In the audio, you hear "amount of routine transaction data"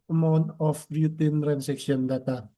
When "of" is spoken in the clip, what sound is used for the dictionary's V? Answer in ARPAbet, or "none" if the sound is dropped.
B